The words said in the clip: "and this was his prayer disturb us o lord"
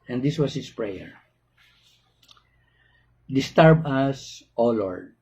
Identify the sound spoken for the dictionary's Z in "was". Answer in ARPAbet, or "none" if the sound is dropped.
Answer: S